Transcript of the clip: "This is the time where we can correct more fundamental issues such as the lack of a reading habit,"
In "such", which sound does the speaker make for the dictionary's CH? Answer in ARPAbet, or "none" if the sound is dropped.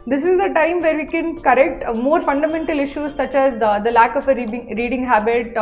CH